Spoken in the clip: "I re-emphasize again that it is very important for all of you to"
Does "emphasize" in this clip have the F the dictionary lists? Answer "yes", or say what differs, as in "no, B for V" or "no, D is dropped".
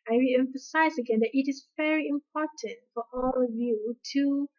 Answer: yes